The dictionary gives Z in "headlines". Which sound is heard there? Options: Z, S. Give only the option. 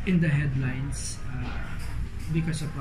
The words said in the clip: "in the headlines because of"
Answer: S